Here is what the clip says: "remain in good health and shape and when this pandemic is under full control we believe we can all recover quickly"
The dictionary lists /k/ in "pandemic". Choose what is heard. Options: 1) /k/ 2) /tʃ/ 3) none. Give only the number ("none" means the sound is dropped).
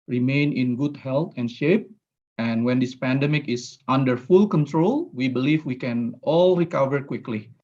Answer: 1